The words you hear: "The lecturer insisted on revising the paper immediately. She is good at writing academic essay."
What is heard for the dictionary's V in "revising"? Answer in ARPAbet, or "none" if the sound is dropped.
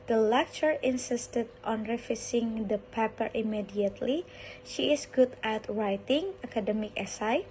F